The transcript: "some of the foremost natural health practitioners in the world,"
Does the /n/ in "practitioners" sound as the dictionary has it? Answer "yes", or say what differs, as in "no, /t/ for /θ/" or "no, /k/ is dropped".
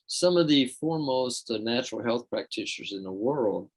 no, /n/ is dropped